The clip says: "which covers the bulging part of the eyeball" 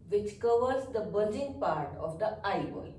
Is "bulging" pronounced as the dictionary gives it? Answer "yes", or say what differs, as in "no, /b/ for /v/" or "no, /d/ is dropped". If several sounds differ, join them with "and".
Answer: no, /l/ is dropped